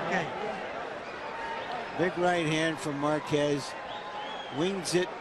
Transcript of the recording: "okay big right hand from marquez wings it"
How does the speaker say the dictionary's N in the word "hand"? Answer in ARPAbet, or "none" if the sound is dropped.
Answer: N